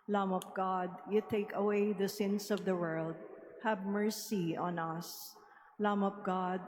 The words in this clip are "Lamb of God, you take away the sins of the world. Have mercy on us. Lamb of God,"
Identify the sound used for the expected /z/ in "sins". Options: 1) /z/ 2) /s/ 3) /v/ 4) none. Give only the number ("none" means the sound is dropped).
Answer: 2